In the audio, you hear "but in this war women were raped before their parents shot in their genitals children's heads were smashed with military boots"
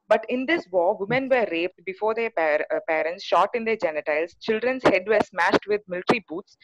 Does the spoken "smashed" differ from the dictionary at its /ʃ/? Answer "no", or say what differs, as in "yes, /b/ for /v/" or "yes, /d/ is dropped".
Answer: no